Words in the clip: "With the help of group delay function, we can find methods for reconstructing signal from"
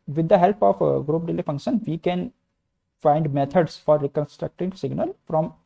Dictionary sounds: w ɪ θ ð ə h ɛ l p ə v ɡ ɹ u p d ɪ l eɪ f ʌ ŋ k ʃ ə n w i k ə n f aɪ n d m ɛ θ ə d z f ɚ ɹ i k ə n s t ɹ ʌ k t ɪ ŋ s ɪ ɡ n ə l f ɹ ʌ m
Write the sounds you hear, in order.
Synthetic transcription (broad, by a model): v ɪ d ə h ɛ l p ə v ɡ ɹ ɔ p d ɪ l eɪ f ʌ ŋ k ʃ ə n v i k ə n f aɪ n d m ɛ t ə d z f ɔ ɹ i k ə n s t ɹ ʌ k t ɪ ŋ s ɪ ɡ n ə l f ɹ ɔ m